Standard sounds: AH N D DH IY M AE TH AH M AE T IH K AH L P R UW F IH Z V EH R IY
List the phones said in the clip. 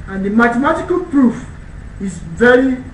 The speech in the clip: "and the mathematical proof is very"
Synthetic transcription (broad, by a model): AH N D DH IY M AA T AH M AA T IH K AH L P R UW F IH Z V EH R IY